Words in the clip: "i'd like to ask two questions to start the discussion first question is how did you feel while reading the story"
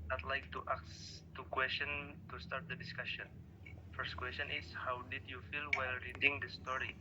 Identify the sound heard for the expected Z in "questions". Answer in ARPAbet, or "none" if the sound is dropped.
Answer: none